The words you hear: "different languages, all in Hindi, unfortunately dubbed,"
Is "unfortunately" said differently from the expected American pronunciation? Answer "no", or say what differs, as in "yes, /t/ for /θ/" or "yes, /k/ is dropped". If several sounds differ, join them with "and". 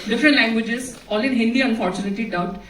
yes, /l/ is dropped